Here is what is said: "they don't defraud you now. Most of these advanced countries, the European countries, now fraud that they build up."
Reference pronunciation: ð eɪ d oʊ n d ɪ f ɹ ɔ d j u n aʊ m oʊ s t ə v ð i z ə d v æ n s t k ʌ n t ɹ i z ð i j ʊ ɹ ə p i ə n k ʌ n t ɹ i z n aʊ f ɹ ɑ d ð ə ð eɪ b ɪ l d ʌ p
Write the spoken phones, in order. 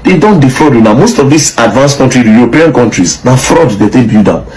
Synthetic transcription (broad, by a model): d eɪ d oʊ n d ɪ f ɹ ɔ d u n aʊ m oʊ s t ə v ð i s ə d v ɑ n s k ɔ n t ɹ i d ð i j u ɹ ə p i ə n k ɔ n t ɹ i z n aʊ f ɹ ɑ d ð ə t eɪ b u d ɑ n